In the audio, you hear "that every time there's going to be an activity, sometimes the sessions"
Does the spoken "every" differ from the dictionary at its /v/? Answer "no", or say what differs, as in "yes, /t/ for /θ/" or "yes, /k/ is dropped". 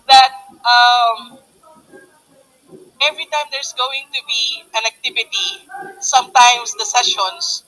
no